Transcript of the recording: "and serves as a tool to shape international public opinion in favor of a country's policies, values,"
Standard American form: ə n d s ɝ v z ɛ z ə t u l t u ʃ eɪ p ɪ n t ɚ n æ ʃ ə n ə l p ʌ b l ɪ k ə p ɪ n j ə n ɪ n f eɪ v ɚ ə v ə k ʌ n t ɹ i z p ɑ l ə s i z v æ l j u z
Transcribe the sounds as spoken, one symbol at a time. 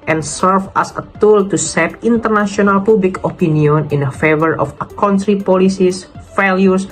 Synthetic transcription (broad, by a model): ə n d s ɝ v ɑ s ə t u l t u s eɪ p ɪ n t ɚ n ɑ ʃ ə n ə l p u b l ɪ k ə p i n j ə n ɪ n f eɪ v ɚ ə f ə k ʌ n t ɹ i p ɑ l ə s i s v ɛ l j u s